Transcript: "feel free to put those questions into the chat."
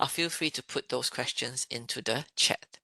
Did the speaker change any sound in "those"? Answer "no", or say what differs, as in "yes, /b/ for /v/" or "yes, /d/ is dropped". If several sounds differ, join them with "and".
yes, /s/ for /z/